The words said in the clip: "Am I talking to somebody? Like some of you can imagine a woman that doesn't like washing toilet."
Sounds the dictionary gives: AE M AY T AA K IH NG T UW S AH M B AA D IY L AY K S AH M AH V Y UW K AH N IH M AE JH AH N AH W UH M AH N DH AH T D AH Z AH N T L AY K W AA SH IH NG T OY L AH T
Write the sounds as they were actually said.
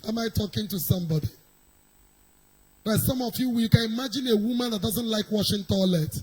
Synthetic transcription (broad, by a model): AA M AY T AA K IH NG T UW S AH M B AA D IY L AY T S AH M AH W Y UW K AH N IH M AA JH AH N AH W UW M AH N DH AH T D AH Z AH N T L AY K W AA SH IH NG T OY L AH T